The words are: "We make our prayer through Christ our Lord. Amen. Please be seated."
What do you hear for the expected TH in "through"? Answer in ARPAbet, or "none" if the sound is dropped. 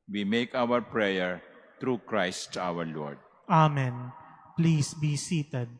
T